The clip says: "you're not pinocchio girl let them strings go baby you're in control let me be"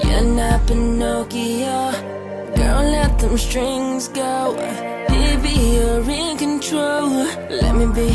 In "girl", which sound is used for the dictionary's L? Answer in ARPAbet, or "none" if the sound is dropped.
N